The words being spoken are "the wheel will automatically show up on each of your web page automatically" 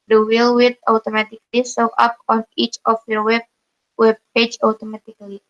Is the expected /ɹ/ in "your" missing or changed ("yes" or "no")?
yes